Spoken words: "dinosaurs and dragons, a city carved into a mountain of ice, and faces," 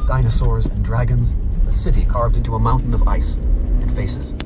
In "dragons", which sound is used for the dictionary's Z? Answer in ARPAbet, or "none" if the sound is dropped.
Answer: Z